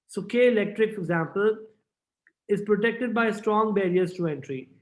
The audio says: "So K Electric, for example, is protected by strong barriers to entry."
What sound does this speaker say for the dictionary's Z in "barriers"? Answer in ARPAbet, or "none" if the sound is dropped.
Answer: S